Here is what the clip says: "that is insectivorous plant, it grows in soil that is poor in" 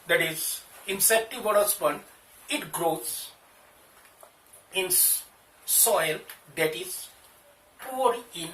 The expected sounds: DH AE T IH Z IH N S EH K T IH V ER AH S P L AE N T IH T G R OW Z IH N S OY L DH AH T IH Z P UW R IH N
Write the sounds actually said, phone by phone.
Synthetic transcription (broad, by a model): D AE T IH Z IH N S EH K T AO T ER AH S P AH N IH T G R OW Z IH N S OY L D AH T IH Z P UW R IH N